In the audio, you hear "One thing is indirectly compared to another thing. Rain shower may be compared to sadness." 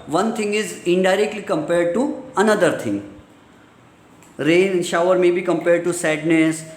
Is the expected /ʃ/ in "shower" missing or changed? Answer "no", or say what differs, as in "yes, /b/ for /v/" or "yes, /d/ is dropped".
no